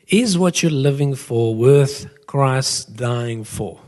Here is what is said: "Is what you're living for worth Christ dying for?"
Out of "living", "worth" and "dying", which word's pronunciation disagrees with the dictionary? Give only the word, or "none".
none